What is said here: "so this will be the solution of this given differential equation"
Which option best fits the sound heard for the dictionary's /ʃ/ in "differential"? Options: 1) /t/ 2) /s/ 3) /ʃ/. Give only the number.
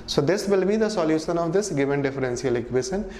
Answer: 2